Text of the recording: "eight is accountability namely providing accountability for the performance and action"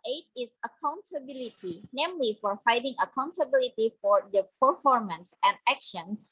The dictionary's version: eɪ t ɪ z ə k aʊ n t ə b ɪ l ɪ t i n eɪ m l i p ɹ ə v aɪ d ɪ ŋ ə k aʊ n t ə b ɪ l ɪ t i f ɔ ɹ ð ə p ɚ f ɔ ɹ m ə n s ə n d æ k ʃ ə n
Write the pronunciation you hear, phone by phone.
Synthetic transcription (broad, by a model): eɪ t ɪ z ə k aʊ n t ə b ɪ l ɪ t i n eɪ m l i f ɹ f aɪ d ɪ ŋ ə k aʊ n t ə b ɪ l ɪ t i f ɔ ɹ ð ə p ɚ f ɔ ɹ m ə n s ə n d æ k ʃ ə n